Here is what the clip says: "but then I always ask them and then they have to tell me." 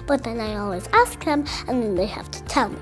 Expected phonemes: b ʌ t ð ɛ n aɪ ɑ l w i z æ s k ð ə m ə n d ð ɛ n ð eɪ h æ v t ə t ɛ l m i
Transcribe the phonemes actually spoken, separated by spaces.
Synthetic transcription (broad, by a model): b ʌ t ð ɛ n aɪ ɑ l w i z æ s k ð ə m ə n n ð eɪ h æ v t ə t ɛ l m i